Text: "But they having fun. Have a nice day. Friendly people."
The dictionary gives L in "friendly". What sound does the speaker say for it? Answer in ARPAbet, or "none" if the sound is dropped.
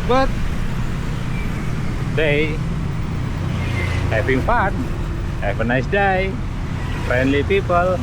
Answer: L